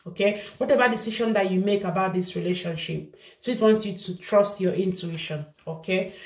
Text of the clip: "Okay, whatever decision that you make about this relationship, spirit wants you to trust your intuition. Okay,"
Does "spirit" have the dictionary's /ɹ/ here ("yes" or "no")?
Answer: no